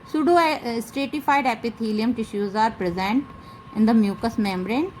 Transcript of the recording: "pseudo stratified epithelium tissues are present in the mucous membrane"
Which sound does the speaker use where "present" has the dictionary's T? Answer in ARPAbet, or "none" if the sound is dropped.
T